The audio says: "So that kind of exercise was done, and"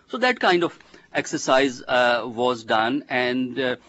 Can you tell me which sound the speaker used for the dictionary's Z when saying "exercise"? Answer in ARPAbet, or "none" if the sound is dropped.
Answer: Z